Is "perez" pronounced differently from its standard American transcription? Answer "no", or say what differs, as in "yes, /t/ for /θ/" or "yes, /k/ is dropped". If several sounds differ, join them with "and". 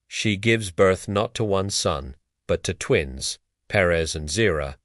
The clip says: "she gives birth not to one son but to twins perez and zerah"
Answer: no